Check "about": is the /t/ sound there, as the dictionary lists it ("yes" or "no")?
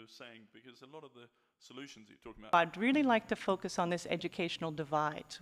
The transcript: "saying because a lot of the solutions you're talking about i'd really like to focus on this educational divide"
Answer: no